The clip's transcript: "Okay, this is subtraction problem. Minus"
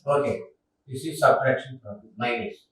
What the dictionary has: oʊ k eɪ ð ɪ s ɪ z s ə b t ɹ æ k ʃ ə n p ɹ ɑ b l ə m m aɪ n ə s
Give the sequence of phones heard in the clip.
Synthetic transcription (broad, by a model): oʊ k eɪ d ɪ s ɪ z s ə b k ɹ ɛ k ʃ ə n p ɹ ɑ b ə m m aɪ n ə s